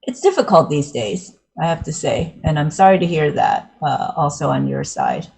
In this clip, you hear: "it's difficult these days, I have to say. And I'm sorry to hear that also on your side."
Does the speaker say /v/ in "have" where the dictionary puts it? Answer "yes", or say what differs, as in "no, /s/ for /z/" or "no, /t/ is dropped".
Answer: no, /f/ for /v/